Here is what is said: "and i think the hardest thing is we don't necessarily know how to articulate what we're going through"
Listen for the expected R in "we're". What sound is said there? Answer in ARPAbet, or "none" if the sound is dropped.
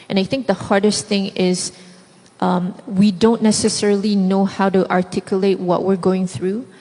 R